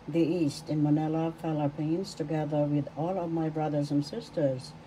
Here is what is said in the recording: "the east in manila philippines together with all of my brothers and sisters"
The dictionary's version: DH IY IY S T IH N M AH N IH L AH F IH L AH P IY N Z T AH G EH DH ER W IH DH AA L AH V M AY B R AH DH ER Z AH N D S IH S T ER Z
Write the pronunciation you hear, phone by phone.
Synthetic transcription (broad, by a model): DH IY IY S T IH N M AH N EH L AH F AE L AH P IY N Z T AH G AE DH ER W IH DH AA L AH V M AY B R AH DH ER Z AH N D S IH S T ER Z